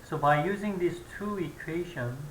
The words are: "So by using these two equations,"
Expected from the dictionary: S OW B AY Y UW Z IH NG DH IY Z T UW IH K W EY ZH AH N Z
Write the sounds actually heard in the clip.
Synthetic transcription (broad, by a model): S OW B AY Y UW Z IH NG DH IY S T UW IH K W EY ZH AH N